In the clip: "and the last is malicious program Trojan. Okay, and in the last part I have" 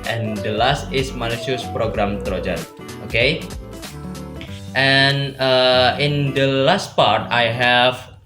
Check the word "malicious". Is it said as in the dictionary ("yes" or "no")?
no